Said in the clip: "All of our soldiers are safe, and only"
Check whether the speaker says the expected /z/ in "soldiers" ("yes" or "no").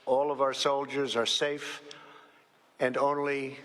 yes